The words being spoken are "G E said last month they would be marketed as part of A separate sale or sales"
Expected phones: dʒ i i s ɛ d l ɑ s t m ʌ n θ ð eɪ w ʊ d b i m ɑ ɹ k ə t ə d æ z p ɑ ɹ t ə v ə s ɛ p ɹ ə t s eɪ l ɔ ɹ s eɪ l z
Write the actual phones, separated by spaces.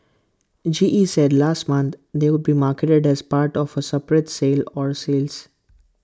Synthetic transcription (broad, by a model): dʒ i i s ɛ d l ɑ s t m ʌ n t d eɪ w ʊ d b i m ɑ ɹ k ə t ə d æ z p ɑ ɹ t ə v ə s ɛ p ɹ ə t s eɪ l ɔ ɹ s eɪ l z